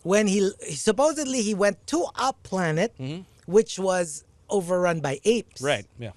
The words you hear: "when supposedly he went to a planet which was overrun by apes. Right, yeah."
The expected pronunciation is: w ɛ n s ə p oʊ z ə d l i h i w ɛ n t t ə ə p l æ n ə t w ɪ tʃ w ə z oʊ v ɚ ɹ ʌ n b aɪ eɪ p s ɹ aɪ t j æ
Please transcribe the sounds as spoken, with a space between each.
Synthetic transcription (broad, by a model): w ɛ n s ə p oʊ z ə d l i h i w ɛ n t t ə ə p l æ n ə t w ɪ tʃ w ə z oʊ v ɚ ɹ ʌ n b aɪ eɪ p s ɹ aɪ t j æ